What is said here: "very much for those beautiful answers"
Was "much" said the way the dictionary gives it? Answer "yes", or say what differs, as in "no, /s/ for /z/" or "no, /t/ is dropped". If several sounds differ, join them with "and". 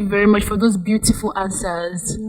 yes